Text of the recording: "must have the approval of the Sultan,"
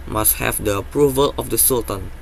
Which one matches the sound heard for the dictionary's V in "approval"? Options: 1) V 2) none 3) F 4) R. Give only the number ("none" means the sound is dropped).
1